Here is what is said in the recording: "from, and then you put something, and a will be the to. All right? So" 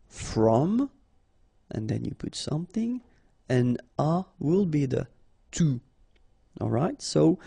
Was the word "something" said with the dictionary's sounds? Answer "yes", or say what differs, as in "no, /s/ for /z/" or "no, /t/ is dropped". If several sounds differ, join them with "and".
yes